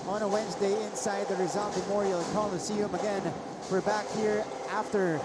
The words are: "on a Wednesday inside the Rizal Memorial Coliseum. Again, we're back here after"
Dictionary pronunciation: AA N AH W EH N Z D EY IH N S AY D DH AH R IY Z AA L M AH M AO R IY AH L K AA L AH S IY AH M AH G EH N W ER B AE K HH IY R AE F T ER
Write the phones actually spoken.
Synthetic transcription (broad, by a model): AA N AH W EH N Z D EY IH N S AY D DH AH R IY Z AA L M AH M AO R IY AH L K AA L AH S IY AH M AH G EH N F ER B AE K HH IY R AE F T ER